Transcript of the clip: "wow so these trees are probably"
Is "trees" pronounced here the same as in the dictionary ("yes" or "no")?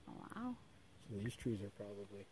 yes